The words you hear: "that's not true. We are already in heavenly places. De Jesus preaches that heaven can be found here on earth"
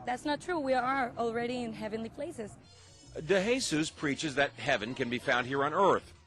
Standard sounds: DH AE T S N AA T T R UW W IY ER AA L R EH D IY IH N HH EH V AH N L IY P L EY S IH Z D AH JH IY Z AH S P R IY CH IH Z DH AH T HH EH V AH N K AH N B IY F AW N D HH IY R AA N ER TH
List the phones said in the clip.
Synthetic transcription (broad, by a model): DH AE T S N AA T T R UW W IY ER AA L R EH D IY IH N HH EH V AH N L IY P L EY S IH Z D AH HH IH S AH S P R IY CH IH Z DH AH T HH EH V AH N K AH N B IY F AW N D HH IY R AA N ER TH